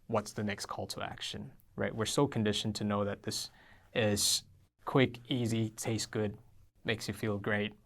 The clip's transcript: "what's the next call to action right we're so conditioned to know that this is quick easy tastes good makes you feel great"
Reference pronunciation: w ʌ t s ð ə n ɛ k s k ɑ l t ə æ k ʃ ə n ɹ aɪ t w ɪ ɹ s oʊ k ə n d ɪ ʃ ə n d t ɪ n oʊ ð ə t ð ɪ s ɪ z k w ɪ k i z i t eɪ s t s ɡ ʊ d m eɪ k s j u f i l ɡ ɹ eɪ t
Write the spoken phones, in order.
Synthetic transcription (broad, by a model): w ʌ t s ð ə n ɛ k s k ɑ l t ə æ k ʃ ə n ɹ aɪ t w ɪ ɹ s oʊ k n d ɪ ʃ n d t ɪ n oʊ ð ə t ð ɪ s ɪ z k w ɪ k i z i t eɪ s s ɡ ʊ d m eɪ k s j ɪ f i l ɡ ɹ eɪ t